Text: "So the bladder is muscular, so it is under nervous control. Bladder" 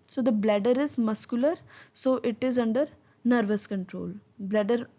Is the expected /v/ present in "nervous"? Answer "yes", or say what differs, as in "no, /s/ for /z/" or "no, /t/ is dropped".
yes